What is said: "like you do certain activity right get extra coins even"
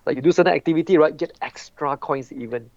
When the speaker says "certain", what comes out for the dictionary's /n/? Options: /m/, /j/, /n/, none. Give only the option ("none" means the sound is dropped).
none